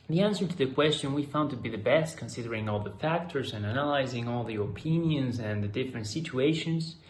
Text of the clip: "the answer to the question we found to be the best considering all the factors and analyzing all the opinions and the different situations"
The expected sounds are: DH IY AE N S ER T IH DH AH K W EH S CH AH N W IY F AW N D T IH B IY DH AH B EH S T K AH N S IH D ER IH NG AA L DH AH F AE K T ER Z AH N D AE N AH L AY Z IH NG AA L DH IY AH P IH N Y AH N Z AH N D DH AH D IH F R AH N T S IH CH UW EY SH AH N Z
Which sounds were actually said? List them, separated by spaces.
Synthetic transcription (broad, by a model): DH IY AE N S ER T IH DH AH K W EH S CH AH N W IY F AW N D T IH B IY DH AH B EH S T K AH N S IH D ER IH NG AA L DH AH F AE K T ER Z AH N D AE N AH L AY Z IH NG AA L DH IY AH P IH N Y AH N Z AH N DH AH D IH F R AH N T S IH CH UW EY SH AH N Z